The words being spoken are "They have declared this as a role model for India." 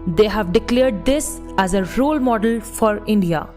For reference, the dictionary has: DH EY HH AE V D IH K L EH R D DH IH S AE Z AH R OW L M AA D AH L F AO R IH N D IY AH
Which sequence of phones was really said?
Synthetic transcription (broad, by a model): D EY HH AE V D IH K L EH R D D IH S AE Z AH R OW L M AA D AH L F AO R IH N D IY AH